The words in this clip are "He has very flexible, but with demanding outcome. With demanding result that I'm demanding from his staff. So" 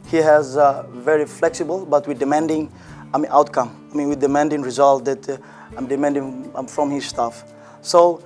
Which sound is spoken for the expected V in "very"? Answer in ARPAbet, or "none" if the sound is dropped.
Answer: V